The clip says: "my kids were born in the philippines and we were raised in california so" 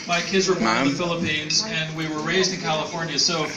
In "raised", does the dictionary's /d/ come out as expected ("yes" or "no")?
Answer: yes